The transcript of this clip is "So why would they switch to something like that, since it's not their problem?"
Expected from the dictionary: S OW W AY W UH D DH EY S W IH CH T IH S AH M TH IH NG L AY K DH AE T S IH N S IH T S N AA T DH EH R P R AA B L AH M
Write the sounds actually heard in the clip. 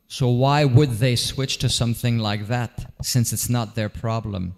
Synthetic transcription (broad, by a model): S OW W AY W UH D DH EY S W IH CH T IH S AH M TH IH NG L AY K DH AE T S IH N S IH T S N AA T DH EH R P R AA B L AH M